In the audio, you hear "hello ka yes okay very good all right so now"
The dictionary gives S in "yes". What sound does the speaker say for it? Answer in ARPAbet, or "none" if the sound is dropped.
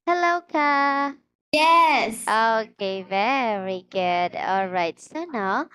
S